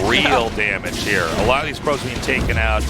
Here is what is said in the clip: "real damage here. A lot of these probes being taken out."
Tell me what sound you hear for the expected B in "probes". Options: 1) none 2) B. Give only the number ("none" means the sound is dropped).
1